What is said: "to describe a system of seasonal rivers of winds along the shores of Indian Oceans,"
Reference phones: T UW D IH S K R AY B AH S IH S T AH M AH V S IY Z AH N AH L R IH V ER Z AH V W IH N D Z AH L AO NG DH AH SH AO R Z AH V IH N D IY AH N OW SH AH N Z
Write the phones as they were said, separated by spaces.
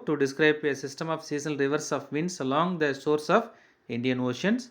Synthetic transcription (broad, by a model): T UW D IH S K R AY B AH S IH S T AH M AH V S IY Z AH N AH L R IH V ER S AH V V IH N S AH L AO NG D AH S AO R S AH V IH N D IY AH N OW SH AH N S